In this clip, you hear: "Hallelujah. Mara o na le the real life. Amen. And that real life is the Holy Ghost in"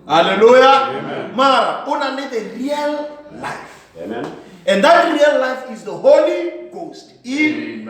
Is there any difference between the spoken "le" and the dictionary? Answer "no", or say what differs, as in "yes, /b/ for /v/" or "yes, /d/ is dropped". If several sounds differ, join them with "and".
yes, /n/ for /l/